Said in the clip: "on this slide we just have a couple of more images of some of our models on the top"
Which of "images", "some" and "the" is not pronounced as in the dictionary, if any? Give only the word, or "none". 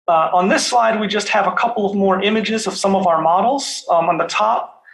none